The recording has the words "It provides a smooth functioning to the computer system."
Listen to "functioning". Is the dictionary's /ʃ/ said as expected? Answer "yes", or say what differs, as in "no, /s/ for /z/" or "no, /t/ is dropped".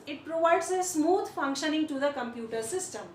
yes